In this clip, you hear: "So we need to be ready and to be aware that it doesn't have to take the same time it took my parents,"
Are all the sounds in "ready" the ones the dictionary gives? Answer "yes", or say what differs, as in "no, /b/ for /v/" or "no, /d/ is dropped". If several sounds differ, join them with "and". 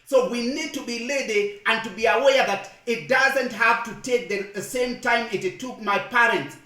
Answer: no, /l/ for /ɹ/